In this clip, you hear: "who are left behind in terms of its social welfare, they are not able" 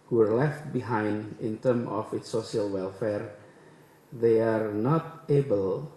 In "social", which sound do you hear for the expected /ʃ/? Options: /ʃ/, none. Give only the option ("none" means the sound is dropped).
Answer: none